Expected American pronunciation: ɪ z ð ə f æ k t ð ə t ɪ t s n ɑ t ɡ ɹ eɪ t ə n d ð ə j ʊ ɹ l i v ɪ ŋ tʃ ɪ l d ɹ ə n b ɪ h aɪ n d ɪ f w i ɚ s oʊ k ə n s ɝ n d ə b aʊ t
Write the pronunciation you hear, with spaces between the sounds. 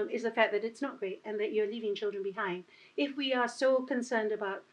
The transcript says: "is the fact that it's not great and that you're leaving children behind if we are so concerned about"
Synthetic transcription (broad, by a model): ɪ z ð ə f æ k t ð ə t ɪ t s n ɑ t ɡ ɹ eɪ t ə n ð ə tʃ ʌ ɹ l i v ɪ ŋ tʃ ɪ l d ɹ ə n b ɪ h aɪ n d ɪ f w i ɚ s oʊ k ə n s ɝ n d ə b aʊ t